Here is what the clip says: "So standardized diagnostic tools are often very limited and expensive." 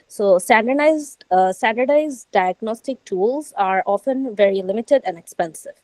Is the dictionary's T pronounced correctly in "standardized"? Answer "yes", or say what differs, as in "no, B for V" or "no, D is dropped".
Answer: no, S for T